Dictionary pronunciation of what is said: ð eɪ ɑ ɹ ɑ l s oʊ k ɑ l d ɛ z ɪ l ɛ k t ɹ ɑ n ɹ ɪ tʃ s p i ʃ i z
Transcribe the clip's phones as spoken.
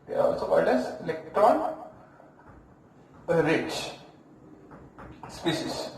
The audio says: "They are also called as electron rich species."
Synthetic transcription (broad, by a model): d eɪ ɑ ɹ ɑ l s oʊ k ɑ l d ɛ s ɪ l ɛ k t ɹ ɑ n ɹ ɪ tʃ s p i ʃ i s